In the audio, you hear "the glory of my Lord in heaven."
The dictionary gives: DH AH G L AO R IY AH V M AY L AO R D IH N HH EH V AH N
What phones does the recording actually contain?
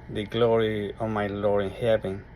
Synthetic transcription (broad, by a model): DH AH G L AO R IY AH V M AY L AO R IH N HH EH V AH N